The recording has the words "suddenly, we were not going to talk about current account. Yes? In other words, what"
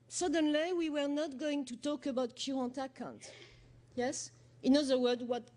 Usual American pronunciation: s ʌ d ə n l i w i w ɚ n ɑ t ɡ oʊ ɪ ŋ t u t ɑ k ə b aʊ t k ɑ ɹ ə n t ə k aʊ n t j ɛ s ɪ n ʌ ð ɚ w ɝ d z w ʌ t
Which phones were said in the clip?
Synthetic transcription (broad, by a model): s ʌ d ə n l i w i w ɚ n ɑ t ɡ oʊ ɪ ŋ t u t ɑ k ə b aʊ t k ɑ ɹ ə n t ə k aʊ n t j ɛ s ɪ n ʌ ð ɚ w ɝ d w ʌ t